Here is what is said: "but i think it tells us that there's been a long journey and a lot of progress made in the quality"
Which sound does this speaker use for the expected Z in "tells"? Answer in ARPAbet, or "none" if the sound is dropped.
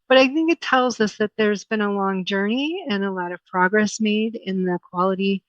Z